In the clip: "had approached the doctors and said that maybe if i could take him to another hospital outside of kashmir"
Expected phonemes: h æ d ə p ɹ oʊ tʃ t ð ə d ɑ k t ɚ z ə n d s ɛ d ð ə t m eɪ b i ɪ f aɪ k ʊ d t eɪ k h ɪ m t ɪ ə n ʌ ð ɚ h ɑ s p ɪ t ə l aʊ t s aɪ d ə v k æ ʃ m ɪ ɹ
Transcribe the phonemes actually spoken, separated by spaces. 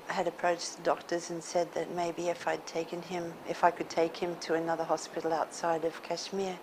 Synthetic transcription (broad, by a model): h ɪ d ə p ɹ oʊ tʃ ð ə d ɑ k t ɚ z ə n s ɛ d ð ə t m eɪ b i ɪ f aɪ k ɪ d t eɪ k h ɪ m t ɪ ə n ʌ ð ɚ h ɑ s p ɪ t l aʊ t s aɪ d ə v k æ ʃ m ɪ ɹ